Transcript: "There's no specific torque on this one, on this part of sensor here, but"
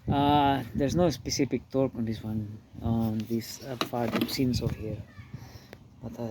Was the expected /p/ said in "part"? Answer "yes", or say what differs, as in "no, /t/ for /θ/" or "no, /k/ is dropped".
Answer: no, /f/ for /p/